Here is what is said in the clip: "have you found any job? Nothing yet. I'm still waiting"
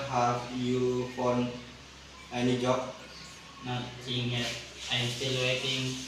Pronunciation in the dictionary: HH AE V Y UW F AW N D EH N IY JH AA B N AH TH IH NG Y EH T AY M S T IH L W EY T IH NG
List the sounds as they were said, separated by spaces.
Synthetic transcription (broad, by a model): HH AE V Y UW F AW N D EH N IY JH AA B N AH S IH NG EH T AY M S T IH L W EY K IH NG